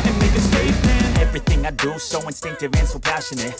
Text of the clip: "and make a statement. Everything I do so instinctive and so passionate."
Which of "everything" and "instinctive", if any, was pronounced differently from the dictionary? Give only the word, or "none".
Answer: none